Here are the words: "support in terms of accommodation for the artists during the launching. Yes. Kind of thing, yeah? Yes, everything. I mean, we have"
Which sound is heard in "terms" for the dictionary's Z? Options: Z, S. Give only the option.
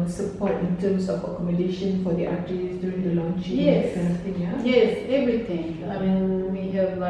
S